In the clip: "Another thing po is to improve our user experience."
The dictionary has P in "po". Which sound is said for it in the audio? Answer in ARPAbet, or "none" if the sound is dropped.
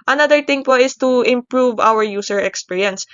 P